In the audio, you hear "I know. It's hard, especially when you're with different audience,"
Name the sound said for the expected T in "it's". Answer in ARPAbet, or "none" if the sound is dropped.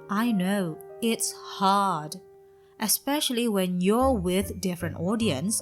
T